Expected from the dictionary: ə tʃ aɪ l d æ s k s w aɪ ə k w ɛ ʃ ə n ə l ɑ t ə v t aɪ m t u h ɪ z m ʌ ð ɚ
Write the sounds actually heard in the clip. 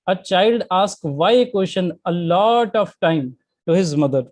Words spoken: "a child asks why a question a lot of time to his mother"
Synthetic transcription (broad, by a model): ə tʃ aɪ l d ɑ s k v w aɪ ə k w ɛ ʃ ə n ə l ɑ t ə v t aɪ m t u h ɪ z m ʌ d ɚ